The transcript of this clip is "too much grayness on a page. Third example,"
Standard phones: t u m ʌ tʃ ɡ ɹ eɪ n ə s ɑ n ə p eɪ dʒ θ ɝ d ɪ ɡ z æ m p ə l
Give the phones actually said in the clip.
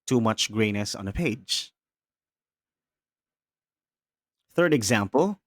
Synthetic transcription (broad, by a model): t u m ʌ tʃ ɡ ɹ eɪ n ə s ɑ n ə p eɪ dʒ θ ɝ d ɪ ɡ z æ m p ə l